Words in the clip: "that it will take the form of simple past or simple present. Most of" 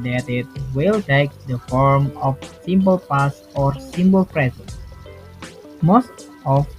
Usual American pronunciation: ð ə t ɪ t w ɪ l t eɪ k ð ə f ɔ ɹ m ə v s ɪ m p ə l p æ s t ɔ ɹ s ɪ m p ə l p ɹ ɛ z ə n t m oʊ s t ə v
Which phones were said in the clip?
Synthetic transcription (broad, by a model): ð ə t ɪ t w ɪ l t eɪ k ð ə f ɔ ɹ m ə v s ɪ m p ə l p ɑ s ɔ ɹ s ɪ m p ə l p ɹ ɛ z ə n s m oʊ s t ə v